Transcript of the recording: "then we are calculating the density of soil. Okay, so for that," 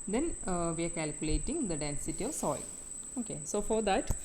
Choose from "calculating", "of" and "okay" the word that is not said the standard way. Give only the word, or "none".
none